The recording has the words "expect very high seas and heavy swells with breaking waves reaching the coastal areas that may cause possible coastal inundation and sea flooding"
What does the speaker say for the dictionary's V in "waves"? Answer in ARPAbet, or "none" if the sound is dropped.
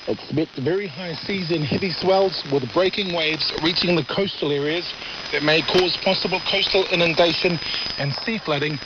V